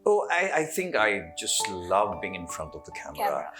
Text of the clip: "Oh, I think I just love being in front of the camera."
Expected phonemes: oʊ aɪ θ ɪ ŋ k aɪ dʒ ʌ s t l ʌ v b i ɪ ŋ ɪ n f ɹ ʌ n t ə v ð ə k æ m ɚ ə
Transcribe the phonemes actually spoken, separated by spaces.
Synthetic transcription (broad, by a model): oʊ aɪ θ ɪ ŋ k aɪ dʒ ʌ s t l ʌ v b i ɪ ŋ ɪ n f ɹ ʌ n t ə v ð ə k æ m ɚ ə